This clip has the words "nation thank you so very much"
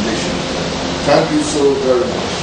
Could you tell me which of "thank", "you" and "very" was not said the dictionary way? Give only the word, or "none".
thank